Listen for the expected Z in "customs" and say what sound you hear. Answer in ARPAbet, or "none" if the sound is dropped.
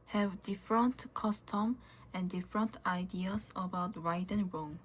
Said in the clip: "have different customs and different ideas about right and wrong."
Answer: none